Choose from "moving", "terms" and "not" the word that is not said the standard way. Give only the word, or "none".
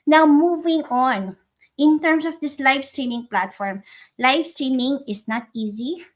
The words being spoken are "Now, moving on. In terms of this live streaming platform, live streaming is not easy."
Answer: terms